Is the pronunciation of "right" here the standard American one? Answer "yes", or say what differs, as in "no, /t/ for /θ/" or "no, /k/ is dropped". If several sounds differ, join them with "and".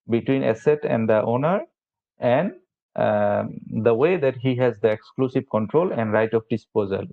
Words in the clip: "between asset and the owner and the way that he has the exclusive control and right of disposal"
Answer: yes